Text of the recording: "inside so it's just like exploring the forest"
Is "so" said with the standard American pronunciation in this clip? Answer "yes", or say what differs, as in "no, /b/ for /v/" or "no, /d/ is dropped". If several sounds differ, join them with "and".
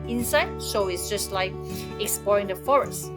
no, /ʃ/ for /s/